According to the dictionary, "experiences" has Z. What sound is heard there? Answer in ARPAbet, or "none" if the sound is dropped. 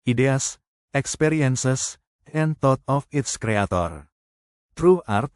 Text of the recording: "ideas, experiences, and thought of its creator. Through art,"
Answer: S